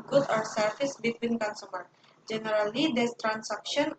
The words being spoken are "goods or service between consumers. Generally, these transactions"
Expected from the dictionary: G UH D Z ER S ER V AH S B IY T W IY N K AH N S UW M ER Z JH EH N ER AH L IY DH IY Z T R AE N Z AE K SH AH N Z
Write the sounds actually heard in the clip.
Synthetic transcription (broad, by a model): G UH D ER S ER F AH S B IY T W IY N K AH N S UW M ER JH EH N ER AH L IY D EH S T R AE N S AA K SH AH N